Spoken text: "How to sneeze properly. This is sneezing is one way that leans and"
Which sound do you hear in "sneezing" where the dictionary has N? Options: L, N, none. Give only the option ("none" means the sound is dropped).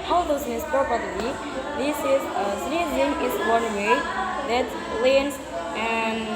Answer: none